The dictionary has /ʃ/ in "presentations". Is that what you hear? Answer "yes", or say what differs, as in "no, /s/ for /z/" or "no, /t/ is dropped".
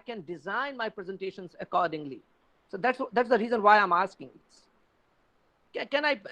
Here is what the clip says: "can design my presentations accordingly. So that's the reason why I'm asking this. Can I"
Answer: yes